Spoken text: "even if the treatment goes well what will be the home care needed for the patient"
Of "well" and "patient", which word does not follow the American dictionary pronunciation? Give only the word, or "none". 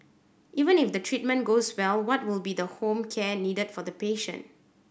none